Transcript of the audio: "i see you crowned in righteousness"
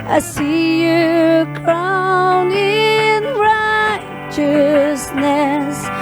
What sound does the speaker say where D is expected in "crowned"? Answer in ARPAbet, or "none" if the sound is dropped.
none